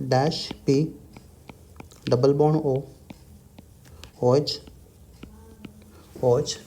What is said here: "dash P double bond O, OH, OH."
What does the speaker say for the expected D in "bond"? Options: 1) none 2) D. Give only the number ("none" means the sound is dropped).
1